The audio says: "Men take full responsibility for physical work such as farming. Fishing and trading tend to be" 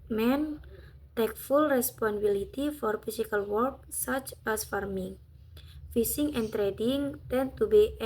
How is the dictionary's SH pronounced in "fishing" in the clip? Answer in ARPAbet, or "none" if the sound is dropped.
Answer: S